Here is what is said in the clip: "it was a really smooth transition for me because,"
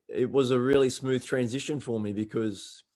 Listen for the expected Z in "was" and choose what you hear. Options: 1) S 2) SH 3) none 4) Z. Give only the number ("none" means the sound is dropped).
4